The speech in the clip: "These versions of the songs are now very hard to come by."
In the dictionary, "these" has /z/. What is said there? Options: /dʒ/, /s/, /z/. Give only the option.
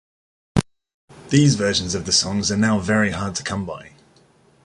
/z/